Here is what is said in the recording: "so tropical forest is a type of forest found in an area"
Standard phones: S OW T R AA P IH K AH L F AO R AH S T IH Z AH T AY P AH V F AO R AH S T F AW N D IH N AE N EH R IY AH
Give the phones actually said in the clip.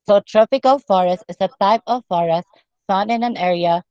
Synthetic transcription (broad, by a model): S OW T R AA P IH K AH L F AO R AH S T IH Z AH T AY P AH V F AO R AH S T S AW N IH N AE N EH R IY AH